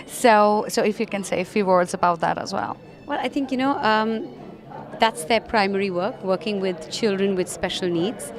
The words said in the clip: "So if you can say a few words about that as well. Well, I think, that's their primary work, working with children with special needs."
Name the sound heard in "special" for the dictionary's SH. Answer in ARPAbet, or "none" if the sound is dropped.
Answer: SH